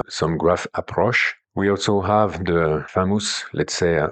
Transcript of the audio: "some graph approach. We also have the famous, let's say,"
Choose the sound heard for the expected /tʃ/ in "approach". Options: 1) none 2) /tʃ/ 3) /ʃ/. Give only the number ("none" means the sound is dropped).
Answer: 3